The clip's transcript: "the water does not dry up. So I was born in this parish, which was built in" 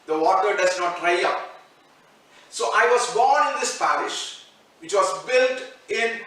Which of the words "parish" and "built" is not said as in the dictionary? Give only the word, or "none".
none